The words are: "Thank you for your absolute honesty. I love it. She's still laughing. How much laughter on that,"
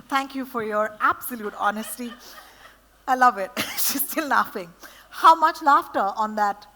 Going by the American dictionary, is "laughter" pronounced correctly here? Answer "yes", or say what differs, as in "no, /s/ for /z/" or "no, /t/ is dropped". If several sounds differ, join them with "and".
yes